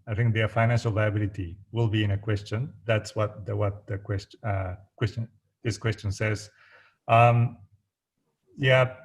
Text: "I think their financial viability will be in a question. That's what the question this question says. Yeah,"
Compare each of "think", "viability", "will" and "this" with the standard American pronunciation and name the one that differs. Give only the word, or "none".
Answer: none